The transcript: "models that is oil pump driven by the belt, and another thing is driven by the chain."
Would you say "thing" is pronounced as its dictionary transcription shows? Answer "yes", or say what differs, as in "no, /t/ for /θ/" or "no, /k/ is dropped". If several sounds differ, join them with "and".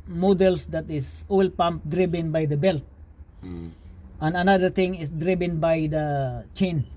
no, /t/ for /θ/